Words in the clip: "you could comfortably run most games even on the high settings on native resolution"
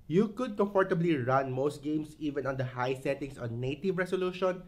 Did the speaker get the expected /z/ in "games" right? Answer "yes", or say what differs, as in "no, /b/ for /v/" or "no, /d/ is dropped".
no, /s/ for /z/